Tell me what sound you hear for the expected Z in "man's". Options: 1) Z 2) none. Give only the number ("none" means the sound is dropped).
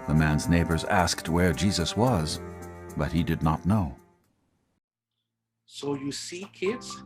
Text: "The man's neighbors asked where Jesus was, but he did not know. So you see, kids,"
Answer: 1